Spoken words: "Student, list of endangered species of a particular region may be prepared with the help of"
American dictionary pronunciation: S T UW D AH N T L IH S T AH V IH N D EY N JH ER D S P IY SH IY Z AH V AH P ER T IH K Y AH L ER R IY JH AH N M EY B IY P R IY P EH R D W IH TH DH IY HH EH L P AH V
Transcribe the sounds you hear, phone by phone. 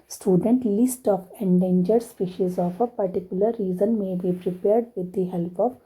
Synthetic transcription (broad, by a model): S T UW D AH N T L IH S T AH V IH N D EY N JH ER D S P IY SH IY Z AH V AH P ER T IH K Y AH L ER R IY Z AH N M EY B IY P R IY P EH R D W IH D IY HH EH L P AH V